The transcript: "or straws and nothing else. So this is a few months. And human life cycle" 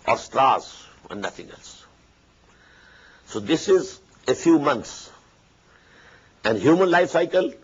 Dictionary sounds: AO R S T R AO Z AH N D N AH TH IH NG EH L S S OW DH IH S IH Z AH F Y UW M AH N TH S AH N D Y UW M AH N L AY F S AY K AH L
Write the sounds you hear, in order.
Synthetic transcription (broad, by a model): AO R S T R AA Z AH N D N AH T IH NG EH L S S OW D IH S IH Z AH F Y UW M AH N T S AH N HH Y UW M AH N L AY F S AY K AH L